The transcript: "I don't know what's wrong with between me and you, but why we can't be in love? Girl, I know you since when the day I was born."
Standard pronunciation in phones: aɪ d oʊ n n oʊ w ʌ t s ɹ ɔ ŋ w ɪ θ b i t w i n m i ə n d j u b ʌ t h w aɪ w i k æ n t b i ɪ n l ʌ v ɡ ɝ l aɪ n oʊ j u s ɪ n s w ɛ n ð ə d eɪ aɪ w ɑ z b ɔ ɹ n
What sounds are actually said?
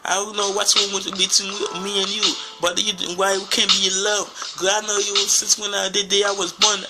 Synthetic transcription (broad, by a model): aɪ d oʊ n n oʊ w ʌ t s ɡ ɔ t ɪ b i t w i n m i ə n j u b ʌ t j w aɪ w i k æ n b i ɪ n l ʌ v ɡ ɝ aɪ n oʊ j u s ɪ n s w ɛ n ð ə d eɪ aɪ w ɑ z b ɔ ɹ n